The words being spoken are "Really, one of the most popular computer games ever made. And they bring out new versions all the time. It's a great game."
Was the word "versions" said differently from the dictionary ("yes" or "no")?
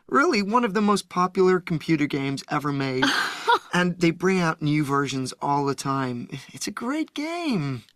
no